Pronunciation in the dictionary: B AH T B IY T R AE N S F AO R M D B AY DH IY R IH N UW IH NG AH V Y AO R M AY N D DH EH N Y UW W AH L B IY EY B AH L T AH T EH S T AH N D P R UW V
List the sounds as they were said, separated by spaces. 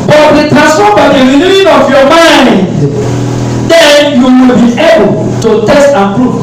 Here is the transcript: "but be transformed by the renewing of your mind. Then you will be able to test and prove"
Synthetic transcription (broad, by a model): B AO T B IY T AE S AO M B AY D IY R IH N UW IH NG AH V Y AO M AY N D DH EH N Y UW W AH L B IY EY B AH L T AH T EH S T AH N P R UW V